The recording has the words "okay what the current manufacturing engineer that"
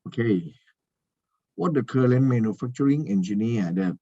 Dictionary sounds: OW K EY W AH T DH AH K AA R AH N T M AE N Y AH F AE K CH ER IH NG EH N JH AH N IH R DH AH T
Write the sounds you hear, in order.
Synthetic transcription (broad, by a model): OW K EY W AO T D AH K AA L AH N M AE N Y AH F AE K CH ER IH NG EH N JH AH N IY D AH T